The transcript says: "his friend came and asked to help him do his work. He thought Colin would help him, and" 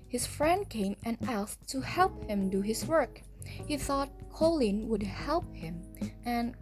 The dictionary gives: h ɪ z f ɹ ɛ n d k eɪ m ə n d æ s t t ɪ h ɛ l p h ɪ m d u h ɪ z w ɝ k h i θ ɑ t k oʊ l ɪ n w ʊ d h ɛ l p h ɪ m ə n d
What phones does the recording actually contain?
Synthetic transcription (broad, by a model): h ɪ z f ɹ ɛ n d k eɪ m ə n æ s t t ɪ h ɛ l p h ɪ m d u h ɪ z w ɝ k h i θ ɑ t k oʊ l ɪ n w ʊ d h ɛ l p h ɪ m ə n